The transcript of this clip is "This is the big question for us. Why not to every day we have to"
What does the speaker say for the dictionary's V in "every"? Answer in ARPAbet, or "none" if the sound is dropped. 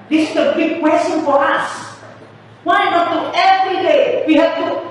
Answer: V